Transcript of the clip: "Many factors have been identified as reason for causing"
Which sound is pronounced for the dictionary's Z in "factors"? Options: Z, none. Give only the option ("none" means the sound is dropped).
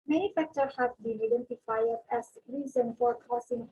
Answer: none